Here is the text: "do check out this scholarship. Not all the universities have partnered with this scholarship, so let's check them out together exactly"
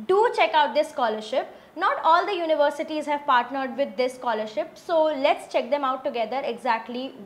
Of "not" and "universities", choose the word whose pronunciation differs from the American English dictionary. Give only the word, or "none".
none